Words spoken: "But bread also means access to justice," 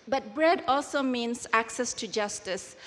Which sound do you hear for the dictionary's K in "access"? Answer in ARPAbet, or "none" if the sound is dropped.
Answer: K